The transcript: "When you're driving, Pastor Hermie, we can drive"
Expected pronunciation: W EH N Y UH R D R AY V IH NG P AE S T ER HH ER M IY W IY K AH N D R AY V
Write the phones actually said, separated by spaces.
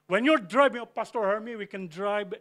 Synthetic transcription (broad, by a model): W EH N Y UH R D R AY B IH NG P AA S T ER HH ER M IY W IY K AH N D R AY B